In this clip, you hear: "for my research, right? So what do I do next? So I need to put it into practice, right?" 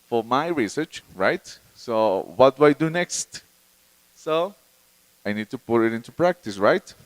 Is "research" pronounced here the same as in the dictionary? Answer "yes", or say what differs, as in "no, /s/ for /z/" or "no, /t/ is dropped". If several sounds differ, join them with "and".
yes